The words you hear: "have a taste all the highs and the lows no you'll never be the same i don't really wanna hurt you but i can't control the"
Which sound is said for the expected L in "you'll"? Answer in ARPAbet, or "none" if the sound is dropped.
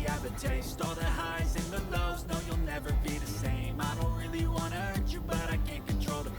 L